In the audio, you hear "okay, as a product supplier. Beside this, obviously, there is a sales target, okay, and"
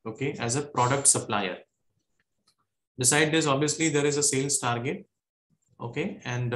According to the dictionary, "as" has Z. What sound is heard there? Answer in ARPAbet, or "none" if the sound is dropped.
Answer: Z